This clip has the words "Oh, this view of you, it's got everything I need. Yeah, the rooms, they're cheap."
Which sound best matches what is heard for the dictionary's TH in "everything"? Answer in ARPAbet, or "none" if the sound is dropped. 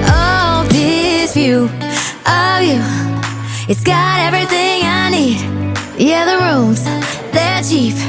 TH